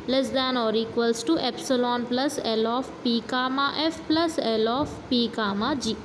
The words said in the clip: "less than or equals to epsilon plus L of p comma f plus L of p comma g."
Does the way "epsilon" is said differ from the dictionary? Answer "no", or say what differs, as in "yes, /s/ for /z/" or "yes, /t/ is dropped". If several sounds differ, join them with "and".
no